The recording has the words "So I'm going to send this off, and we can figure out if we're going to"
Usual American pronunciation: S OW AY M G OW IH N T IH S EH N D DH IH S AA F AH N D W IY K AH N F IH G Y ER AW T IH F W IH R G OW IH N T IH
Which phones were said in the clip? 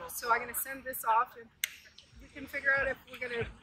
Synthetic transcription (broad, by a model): S OW AY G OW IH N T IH S EH N DH IH S AA F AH N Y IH K AH N F IH G Y ER AW T IH F W IH R G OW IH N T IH